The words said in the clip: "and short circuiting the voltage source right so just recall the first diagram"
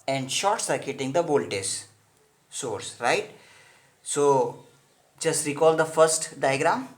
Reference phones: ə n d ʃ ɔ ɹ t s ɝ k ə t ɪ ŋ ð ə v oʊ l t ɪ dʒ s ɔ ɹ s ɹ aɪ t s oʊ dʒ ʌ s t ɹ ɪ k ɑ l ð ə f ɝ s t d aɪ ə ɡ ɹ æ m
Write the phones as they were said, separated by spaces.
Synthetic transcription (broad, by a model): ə n d ʃ ɔ ɹ t s ɝ k ə t ɪ ŋ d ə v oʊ l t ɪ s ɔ ɹ s ɹ aɪ t s oʊ dʒ ʌ s t ɹ ɪ k ɑ l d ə f ɝ s t d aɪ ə ɡ ɹ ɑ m